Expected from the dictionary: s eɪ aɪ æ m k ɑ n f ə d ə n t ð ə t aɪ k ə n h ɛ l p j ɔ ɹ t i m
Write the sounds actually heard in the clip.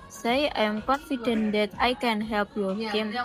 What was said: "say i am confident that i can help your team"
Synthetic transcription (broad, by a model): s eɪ aɪ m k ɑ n f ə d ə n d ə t aɪ k ə n h ɛ l p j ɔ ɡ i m